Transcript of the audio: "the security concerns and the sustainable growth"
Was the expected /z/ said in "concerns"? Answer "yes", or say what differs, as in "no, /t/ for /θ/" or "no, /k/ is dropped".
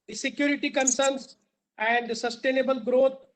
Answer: no, /s/ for /z/